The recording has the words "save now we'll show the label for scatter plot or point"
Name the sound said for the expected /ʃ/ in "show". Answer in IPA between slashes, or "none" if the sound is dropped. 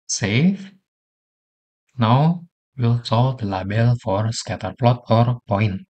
/s/